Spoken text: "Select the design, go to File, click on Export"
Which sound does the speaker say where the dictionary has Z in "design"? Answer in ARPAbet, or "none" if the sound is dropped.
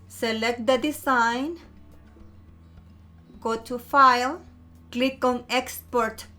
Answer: S